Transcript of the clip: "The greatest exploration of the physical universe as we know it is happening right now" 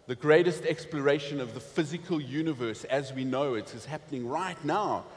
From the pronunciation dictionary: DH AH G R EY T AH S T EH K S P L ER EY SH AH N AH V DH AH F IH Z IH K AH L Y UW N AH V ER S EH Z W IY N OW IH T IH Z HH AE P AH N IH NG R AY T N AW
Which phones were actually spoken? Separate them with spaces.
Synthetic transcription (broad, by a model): DH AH G R EY T AH S T EH K S P L ER EY SH AH N AH V DH AH F IH Z IH K AH L Y UW N AH V ER S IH Z W IY N OW IH T IH Z HH AE P AH N IH NG R AY T N AW